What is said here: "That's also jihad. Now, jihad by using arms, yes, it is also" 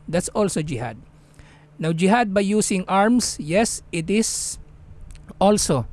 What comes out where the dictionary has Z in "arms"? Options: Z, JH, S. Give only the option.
S